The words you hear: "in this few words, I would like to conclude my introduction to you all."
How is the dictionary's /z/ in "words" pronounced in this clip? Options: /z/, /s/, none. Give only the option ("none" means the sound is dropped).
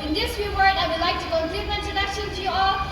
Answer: none